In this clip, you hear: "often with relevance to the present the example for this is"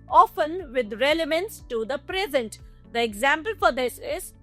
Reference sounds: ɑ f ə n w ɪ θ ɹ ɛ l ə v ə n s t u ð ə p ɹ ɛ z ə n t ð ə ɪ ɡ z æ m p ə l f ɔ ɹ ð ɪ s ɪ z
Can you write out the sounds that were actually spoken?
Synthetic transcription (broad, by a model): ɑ f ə n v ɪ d ɹ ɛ l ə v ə n s t u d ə p ɹ ɛ z ə n t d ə ɪ ɡ z æ m p ə l f ɔ ɹ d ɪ s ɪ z